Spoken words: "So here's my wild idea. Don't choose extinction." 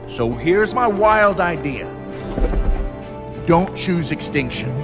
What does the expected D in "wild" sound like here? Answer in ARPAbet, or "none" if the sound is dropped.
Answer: D